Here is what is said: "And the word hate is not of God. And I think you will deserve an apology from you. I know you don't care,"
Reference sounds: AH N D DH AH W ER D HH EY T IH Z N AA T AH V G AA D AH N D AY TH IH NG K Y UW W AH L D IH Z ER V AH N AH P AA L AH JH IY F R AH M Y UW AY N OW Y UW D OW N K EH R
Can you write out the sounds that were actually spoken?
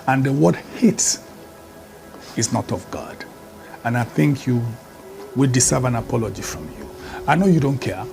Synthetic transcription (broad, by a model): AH N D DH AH W ER D HH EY T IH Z N AA T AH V G AA D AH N AY TH IH NG K Y UW W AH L D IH S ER V AH N AH P AA L AH JH IY F R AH M Y UW AY N OW Y UW D OW N K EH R